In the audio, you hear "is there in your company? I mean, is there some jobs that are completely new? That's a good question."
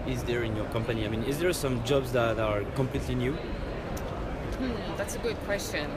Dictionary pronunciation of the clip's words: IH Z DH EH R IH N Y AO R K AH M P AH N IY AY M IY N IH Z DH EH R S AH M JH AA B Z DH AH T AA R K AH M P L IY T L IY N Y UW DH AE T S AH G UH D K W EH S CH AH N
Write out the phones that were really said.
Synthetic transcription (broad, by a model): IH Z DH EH R IH N Y AO R K AH M P AH N IY AY M IY N IH Z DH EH R S AH M JH AA B Z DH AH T AA R K AH M P L IY T L IY N Y UW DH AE T S AH G UH D K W EH S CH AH N